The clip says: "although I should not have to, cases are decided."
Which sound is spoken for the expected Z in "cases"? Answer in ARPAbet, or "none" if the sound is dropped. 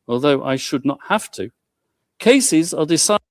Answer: Z